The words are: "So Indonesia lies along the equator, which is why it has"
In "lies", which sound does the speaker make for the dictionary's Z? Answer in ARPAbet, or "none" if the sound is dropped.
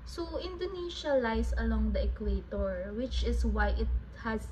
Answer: S